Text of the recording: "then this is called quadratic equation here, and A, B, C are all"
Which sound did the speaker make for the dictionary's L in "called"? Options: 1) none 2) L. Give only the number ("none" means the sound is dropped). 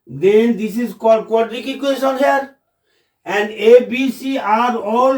1